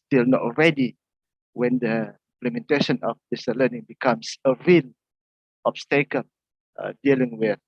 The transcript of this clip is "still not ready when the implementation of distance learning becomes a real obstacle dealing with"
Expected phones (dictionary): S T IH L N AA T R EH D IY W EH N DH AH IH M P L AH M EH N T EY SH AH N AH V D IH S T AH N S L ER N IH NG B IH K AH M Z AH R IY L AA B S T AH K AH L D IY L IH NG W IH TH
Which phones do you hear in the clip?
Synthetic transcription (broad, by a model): S T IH L N AA T R EH D IY W EH N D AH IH M P L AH M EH N T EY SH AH N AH F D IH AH S L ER N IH NG B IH K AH M S AH R IY L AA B S T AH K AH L D IY L IH NG W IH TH